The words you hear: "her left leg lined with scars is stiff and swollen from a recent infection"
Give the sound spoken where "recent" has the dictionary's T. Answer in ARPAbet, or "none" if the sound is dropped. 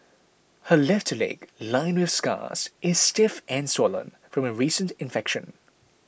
T